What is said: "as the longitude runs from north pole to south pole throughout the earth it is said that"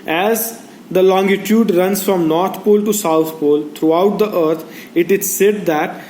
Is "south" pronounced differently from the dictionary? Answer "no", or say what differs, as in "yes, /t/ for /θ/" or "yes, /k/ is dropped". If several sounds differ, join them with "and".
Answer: yes, /t/ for /θ/